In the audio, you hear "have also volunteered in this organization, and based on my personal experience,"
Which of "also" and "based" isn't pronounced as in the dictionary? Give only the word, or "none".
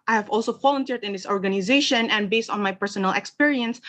none